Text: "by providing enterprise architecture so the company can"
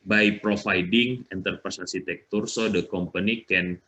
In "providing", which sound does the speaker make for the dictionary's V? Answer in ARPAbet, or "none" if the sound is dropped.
F